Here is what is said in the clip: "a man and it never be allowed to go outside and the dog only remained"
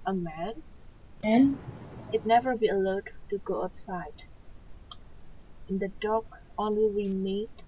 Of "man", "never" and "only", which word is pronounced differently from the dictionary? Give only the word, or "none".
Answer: none